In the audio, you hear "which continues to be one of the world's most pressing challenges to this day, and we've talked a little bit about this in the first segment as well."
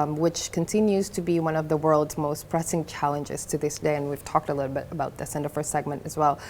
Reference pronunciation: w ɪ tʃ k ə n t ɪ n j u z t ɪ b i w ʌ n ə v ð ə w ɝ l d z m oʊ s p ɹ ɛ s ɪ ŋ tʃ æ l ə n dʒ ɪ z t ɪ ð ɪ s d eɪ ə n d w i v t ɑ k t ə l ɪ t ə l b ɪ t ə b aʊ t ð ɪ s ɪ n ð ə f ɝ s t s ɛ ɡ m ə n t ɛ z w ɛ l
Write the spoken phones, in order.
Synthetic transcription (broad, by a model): w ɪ tʃ k ə n t ɪ n j u z t ɪ b i w ʌ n ə v ð ə w ɝ l d z m oʊ s p ɹ ɛ s ɪ ŋ tʃ æ l ə n dʒ ɪ z t ɪ ð ɪ s d eɪ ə n w i v t ɑ k t ə l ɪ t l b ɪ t ə b aʊ t ð ɪ s ɪ n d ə f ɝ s s ɛ ɡ m ə n t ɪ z w ɛ l